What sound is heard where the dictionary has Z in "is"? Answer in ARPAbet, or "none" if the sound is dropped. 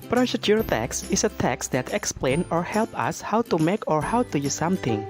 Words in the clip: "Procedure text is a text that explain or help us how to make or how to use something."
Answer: S